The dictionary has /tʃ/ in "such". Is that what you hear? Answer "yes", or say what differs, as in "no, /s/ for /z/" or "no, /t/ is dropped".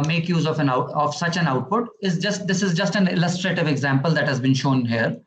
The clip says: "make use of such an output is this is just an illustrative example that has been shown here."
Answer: yes